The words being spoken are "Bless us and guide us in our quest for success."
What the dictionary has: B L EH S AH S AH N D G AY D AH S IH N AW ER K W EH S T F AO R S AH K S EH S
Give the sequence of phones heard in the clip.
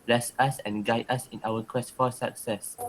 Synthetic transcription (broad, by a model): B L EH S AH S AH N G AY D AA S IH N AW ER K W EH S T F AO L S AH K S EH S